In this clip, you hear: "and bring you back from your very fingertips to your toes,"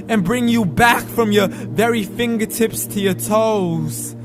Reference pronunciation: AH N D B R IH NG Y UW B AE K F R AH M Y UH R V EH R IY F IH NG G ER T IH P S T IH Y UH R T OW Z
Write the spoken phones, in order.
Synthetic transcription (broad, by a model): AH N B R IH NG Y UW B AE K F R AH M Y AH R V EH R IY F IH NG G ER T IH P S T IH Y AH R T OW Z